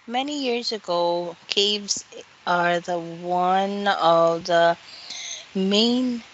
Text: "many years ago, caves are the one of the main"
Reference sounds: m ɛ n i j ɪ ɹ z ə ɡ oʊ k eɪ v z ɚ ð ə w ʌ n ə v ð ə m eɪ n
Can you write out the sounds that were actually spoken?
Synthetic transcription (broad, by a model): m ɛ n i j ɪ ɹ z ə ɡ oʊ k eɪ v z ɚ ð ə w ʌ n ə v ð ə m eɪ n